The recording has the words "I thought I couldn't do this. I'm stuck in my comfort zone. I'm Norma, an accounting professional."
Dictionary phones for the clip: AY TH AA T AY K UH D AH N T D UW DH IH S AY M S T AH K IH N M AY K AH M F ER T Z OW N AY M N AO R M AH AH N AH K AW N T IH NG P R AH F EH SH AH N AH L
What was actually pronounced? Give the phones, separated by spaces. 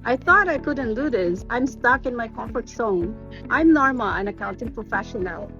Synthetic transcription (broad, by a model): AY TH AA T AY K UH D N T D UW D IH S AY M S T AH K IH N M AY K AH M F ER T S OW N AY M N AO R M AH AH N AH K AW N T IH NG P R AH F EH SH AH N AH L